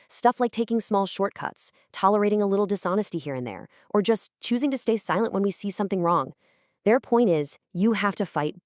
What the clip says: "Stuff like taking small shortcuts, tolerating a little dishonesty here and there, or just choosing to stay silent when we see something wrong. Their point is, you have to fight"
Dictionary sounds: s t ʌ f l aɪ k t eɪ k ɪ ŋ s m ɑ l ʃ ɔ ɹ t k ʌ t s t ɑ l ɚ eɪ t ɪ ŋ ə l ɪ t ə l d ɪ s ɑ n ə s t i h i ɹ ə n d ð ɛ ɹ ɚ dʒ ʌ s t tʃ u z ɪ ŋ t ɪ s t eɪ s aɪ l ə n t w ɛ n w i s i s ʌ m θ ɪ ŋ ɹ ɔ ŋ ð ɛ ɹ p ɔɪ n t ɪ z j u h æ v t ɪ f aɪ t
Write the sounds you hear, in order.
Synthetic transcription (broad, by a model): s t ʌ f l aɪ k t eɪ k ɪ ŋ s m ɑ l ʃ ɔ ɹ t k ʌ t s t ɑ l ɚ eɪ t ɪ ŋ ə l ɪ t l d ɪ s ɑ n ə s t i h i ɹ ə n ð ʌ ɹ ɚ dʒ ʌ s tʃ u z ɪ ŋ t ɪ s t eɪ s aɪ l ə n t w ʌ n w i s i s ʌ m θ ɪ ŋ ɹ ɔ ŋ ð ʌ ɹ p ɔɪ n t ɪ z j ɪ h æ f t ɪ f aɪ t